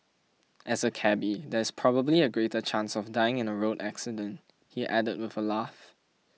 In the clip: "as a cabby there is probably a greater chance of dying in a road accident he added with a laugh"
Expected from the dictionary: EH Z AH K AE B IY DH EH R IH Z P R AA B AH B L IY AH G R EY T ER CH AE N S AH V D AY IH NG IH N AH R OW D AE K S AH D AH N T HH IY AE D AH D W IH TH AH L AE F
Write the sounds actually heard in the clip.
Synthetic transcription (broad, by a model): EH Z AH K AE B IY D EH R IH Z P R AA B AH B L IY AH G R EY T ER CH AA N S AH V D AY IH NG IH N AH R OW D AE K S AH D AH N T HH IY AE D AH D W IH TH AH L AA F